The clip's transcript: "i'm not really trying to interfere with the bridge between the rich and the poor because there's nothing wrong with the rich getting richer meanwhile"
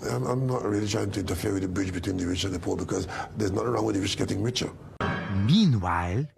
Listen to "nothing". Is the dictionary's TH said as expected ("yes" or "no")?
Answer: no